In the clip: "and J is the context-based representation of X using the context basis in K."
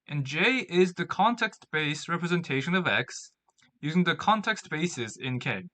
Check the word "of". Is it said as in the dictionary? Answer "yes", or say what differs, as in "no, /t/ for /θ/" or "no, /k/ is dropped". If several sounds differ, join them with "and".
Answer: yes